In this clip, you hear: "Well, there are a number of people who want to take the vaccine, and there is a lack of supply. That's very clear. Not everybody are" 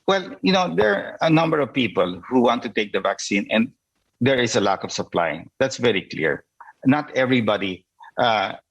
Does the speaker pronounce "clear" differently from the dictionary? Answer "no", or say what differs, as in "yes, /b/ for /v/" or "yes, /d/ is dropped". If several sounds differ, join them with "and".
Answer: no